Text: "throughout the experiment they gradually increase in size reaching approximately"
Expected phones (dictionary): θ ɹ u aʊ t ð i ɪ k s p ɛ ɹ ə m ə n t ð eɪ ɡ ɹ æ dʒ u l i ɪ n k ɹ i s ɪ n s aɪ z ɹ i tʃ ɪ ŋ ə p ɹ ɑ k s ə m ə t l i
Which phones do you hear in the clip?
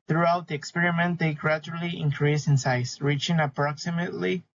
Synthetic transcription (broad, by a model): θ ɹ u aʊ t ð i ɪ k s p ɛ ɹ ə m ə n t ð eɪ ɡ ɹ æ dʒ u l i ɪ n k ɹ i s ɪ n s aɪ s ɹ i tʃ ɪ ŋ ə p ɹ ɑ k s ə m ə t l i